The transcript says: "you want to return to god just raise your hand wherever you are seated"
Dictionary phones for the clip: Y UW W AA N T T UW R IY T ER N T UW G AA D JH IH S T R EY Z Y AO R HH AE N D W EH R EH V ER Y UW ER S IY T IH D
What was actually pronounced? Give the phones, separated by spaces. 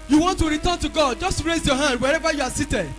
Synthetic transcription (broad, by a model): Y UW W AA N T T UW R IY T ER N T UW G AA D JH IH S T R EY Z Y AO HH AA N D W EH R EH V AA Y UW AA S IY T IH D